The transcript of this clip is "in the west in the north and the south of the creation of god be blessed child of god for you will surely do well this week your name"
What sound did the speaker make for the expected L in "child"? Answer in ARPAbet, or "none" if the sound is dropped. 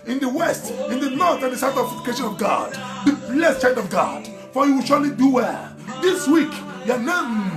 N